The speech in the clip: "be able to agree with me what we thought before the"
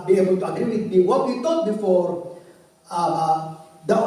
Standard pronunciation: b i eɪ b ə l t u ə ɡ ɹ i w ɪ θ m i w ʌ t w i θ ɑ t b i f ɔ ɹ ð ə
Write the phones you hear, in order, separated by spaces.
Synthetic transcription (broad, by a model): b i eɪ b ə l t u ə ɡ ɹ i w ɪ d m i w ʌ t w i t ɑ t b i f ɔ ɹ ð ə